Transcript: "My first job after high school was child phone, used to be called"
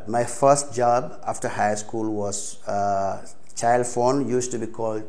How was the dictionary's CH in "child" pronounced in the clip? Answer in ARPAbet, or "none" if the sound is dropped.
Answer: CH